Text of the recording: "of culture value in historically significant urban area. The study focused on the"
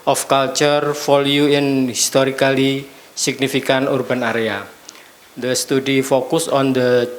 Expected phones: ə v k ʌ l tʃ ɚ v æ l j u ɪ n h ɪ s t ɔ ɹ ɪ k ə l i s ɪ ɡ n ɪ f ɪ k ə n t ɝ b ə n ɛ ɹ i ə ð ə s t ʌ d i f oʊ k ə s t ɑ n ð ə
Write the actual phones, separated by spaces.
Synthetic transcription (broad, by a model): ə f k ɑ l tʃ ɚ f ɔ l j u ɪ n h ɪ s t ɔ ɹ ɪ k ə l i s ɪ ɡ n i f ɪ k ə n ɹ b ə n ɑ ɹ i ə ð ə s t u d i f oʊ k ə s ɑ n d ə